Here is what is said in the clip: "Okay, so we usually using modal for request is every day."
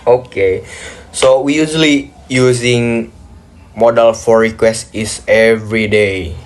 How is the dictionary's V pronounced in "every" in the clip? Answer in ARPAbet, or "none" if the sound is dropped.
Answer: V